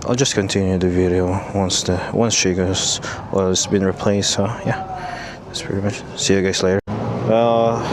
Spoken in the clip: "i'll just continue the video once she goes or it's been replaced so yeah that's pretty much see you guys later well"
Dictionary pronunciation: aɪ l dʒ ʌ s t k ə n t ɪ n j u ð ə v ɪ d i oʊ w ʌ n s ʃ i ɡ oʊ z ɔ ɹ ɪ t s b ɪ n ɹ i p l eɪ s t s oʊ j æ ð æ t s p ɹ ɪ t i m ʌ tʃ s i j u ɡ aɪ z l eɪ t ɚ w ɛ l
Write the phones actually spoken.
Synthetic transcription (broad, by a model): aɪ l dʒ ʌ s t k ə n t ɪ n j u ð ə v ɪ d i oʊ w ʌ n s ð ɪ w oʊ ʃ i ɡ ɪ s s b ɪ n ɹ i p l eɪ s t s oʊ j æ ð æ t s p ɹ ɪ t i m ʌ tʃ s i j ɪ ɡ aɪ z l eɪ t ɚ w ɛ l